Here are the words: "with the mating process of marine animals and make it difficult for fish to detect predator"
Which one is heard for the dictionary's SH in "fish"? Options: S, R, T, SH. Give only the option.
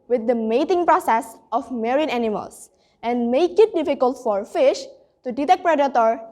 SH